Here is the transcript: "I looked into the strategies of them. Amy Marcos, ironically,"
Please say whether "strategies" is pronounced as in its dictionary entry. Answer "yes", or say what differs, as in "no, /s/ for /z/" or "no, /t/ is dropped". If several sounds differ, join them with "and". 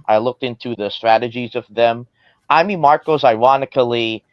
yes